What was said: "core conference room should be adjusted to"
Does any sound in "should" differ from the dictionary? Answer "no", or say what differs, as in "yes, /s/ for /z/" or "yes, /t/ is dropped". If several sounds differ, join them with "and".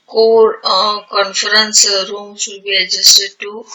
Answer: yes, /s/ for /ʃ/